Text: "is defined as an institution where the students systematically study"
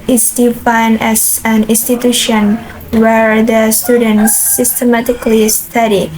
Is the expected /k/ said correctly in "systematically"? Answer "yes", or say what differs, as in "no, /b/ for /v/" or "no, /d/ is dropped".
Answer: yes